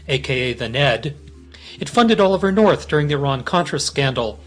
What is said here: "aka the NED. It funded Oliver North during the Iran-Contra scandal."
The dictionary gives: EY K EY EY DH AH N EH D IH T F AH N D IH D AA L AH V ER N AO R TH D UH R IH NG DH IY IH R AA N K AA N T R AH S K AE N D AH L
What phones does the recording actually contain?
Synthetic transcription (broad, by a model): EY K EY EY DH AH N EH D IH T F AH N D IH D AA L AH V ER N AO R TH D UH R IH NG DH IY IH R AA N K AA N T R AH S K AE N D L